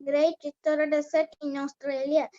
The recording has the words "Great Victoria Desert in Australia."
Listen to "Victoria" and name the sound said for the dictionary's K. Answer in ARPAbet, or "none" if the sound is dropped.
none